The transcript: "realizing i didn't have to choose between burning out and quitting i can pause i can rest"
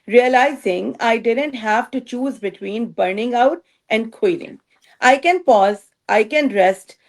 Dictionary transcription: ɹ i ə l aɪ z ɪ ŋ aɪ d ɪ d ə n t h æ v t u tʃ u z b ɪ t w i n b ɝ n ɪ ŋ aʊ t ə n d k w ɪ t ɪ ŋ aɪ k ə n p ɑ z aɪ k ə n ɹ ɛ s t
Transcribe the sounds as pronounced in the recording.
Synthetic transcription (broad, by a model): ɹ i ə l aɪ z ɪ ŋ aɪ d ɪ d ə n t h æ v t u tʃ u z b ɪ t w i n b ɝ n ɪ ŋ aʊ t ə n d k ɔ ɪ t ɪ ŋ aɪ k ə n p ɑ z aɪ k ə n ɹ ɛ s t